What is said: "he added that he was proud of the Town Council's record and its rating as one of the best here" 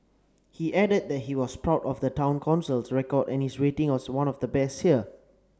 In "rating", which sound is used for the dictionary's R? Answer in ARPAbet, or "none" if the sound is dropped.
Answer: W